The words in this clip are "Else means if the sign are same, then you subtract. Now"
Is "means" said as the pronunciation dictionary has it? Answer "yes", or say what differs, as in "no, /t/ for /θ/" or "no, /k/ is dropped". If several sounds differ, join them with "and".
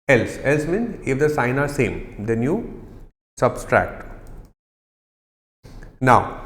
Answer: no, /z/ is dropped